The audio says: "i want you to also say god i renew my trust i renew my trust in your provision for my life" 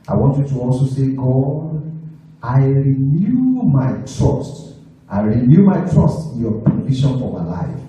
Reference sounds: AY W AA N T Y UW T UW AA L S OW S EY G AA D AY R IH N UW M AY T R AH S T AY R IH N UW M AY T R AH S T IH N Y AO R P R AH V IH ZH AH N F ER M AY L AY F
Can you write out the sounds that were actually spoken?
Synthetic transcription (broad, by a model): AY W AA N T Y UW T UW AA L S OW S EY G AA D AY R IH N UW M AY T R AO S T AY R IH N UW M AY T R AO S T IH N Y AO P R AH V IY SH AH N F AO M AY L AY F